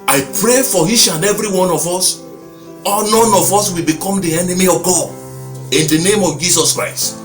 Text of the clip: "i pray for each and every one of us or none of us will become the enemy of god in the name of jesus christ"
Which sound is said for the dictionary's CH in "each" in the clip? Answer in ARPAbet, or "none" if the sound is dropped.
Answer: SH